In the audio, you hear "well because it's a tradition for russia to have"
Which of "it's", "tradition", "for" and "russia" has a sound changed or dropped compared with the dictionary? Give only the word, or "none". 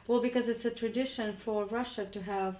none